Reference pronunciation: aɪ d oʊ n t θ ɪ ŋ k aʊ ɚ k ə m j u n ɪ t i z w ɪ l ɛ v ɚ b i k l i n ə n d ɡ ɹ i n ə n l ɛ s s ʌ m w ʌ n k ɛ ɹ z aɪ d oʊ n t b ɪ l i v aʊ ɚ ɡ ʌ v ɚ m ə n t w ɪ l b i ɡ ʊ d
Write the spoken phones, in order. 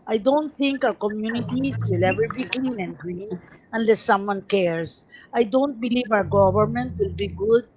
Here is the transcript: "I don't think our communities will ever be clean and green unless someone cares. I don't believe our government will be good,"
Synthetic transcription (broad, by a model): aɪ d oʊ n t θ ɪ ŋ k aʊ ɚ k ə m j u n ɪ t i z w ɪ l ɛ v ɚ b i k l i n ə n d ɡ ɹ i n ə n l ɛ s s ʌ m w ʌ n k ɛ ɹ s aɪ d oʊ n t b ɪ l i v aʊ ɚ ɡ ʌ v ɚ m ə n t w ɪ l b i ɡ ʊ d